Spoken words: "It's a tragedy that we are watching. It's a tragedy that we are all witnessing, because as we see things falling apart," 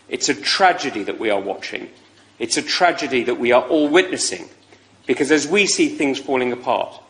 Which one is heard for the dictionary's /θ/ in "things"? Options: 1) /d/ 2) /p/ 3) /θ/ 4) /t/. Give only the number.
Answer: 3